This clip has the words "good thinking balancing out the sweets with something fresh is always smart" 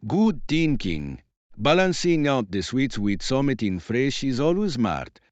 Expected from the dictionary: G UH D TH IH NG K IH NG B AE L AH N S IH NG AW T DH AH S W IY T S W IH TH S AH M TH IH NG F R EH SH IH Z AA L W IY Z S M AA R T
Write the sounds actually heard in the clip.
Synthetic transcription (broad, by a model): G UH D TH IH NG K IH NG B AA L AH N S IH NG AW T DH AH S W IY T S W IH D S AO M T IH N F R EH SH IH Z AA L W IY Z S M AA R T